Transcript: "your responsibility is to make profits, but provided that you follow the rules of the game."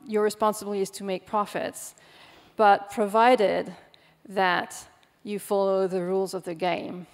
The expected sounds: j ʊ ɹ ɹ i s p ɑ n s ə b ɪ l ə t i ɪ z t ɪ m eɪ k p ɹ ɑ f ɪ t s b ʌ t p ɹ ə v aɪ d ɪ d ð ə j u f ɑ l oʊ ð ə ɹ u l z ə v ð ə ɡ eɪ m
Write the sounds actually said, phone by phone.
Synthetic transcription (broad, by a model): j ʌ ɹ ɹ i s p ɑ n s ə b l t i ɪ z t ɪ m eɪ k p ɹ ɑ f ɪ t s b ʌ t p ɹ ə v aɪ d ɪ d ð ə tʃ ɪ f ɑ l oʊ ð ə ɹ u l z ə v ð ə ɡ eɪ m